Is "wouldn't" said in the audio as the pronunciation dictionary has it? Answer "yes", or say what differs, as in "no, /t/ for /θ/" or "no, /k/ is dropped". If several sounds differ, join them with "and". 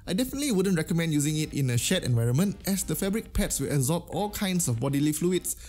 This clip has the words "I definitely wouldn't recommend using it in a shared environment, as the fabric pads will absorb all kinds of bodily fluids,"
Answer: yes